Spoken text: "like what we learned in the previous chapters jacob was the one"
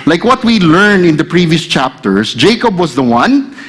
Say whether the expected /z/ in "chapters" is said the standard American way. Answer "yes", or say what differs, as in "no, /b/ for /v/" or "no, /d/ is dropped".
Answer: no, /s/ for /z/